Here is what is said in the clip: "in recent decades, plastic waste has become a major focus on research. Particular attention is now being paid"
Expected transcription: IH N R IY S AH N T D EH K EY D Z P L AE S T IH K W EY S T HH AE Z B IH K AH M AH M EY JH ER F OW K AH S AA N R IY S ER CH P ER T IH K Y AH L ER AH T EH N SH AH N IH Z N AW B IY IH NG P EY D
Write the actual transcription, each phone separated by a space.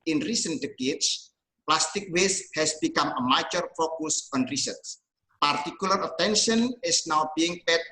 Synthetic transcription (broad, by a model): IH N R IY S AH N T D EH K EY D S P L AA S T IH K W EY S HH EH S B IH K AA M AH M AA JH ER F OW K AH S AA N R IY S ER S P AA T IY K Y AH L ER AH T EH N SH AH N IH S N AW B IY IH NG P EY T